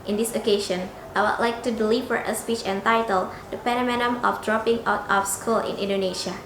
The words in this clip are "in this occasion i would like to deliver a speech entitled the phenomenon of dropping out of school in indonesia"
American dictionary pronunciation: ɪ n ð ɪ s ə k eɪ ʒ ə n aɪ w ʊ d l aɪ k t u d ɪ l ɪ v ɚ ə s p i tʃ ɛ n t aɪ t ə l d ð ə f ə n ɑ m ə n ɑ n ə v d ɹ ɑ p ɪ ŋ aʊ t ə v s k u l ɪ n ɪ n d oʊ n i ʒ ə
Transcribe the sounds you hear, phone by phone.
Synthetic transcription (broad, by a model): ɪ n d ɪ s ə k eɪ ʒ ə n aɪ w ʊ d l aɪ k t u d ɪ l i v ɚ ə s p i tʃ ɛ n t aɪ t ə l d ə p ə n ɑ m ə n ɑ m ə f d ɹ ɑ p ɪ ŋ aʊ t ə f s k u l ɪ n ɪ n d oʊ n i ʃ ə